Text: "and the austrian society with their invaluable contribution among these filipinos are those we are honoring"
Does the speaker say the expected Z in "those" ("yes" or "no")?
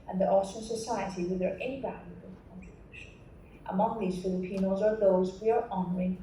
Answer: yes